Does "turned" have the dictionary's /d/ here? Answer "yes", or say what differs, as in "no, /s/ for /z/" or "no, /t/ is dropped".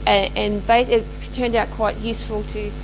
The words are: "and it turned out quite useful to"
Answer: yes